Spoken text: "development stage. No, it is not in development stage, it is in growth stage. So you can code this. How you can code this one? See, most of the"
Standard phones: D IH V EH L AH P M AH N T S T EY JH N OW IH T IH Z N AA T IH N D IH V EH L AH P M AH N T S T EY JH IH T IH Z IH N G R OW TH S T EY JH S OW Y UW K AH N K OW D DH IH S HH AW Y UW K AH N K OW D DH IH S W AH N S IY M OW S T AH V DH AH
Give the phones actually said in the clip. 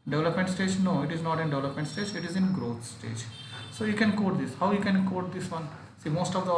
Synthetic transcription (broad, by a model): D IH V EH L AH P M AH N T S T EY JH N OW IH T IH Z N AA T IH N D IH V EH L AH P M AH N T S T EY JH IH T IH Z IH N G R OW T S T EY JH S OW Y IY K AH N K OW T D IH S HH AW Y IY K AH N K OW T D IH S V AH N S IY M OW S T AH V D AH